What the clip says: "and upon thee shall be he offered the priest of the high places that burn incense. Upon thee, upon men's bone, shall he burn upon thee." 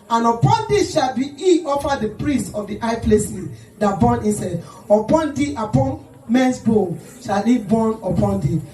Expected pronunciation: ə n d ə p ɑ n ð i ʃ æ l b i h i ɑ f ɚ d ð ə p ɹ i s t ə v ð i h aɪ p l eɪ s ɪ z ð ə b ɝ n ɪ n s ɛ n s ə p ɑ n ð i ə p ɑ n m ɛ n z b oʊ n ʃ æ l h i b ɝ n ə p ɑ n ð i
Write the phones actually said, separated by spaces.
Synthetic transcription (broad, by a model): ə n ə p ɑ n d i ʃ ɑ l b i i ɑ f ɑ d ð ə p ɹ i s t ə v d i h aɪ p l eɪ s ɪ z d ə b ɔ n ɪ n s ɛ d ə p ɑ n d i ə p ɑ n m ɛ n s b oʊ ʃ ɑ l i b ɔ n ə p ɑ n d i